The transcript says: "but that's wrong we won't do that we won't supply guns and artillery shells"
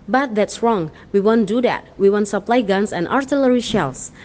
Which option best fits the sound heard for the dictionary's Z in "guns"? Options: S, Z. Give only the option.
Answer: S